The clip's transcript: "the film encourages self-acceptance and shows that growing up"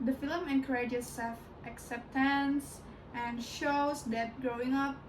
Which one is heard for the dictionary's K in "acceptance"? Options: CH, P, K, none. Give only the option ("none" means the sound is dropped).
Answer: K